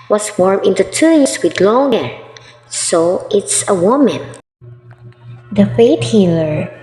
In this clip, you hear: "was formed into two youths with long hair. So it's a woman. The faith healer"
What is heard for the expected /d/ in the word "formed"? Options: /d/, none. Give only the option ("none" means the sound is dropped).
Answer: none